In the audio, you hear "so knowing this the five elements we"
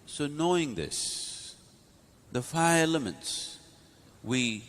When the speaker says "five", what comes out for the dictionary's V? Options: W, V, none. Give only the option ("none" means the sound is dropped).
none